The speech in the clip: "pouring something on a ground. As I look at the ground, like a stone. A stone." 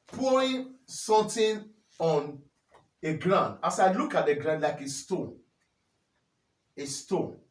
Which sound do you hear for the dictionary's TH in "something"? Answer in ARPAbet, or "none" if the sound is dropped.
T